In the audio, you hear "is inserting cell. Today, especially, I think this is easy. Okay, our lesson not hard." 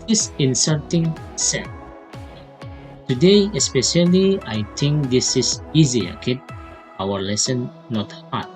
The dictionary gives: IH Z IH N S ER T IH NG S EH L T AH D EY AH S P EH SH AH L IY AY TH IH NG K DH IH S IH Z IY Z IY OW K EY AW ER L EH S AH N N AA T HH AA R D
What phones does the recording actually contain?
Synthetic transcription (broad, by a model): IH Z IH N S ER T IH NG S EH N T AH D EY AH S P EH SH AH L IY AY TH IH NG K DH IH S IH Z IY Z IY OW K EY AW ER L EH S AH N N AA T HH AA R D